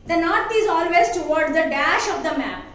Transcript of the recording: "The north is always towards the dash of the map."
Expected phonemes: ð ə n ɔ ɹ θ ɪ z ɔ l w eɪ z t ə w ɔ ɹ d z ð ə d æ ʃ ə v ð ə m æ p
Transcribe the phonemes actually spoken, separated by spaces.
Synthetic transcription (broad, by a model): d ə n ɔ ɹ t ɪ z ɔ l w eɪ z t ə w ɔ ɹ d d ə d æ ʃ ə v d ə m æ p